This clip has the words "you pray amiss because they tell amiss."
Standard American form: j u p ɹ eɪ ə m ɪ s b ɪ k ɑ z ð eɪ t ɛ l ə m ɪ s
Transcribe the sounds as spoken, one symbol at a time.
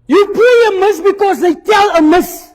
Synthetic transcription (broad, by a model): j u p eɪ ə m ɪ s b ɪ k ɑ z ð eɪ t ɛ l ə m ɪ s